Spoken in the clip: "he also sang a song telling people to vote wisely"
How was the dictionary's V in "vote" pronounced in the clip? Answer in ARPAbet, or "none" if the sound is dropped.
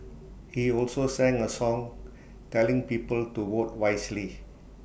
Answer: W